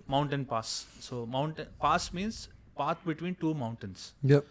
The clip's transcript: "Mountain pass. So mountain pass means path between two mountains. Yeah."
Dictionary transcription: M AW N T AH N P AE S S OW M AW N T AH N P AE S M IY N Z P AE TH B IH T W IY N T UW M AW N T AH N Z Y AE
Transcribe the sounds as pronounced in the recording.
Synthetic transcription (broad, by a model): M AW N T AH N P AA S S OW M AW N T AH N P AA S M IY N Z P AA T B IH T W IY N T UW M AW N T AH N S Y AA